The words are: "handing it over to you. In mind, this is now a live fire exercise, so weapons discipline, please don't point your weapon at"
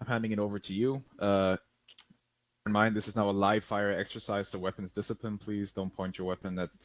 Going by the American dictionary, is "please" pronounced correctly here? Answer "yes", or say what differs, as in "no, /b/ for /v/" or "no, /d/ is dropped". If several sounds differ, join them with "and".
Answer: yes